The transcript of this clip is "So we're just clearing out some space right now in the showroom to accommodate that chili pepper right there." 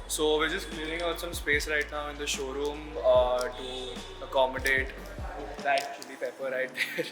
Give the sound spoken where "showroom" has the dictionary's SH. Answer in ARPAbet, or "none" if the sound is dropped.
SH